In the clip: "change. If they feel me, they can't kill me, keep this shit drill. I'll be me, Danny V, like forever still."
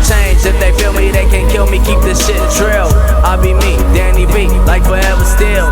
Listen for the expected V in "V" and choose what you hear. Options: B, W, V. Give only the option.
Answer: B